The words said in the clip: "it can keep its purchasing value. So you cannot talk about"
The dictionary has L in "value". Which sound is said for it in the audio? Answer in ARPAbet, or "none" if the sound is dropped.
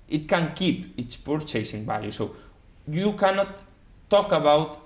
none